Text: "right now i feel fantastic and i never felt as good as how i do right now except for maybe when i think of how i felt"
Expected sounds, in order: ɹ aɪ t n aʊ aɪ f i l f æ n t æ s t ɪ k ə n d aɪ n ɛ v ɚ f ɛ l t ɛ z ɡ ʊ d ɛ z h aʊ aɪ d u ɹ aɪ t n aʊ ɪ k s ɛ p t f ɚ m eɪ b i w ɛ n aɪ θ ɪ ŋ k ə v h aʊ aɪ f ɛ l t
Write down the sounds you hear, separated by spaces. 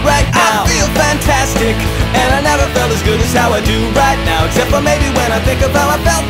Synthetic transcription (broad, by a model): ɹ aɪ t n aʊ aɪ f i l f æ n t æ s t ɪ k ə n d aɪ n ɛ v ɚ f ɛ l t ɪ z ɡ ʊ d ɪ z h aʊ aɪ d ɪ ɹ aɪ t n aʊ ɪ k s ɛ p t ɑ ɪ m eɪ b i w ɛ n aɪ θ ɪ ŋ k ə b aʊ aɪ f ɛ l